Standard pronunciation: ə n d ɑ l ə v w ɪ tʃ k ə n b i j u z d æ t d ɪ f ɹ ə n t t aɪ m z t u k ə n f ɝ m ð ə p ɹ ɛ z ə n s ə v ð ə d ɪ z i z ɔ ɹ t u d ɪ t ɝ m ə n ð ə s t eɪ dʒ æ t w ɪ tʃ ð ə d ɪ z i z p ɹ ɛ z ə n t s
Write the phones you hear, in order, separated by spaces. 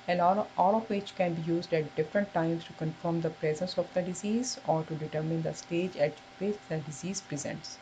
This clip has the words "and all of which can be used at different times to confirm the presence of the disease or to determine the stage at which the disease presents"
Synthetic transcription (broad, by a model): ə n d ɑ l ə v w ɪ tʃ k ə n b i j u z d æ t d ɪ f ɹ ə n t t aɪ m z t u k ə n f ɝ m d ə p ɹ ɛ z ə n s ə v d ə d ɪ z i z ɔ ɹ t u d ɪ t ɝ m ə n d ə s t eɪ dʒ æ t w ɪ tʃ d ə d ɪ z i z p ɹ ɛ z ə n t s